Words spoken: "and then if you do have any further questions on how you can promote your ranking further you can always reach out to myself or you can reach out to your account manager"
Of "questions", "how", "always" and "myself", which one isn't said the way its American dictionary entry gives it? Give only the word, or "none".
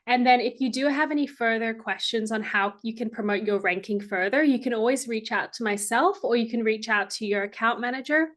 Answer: none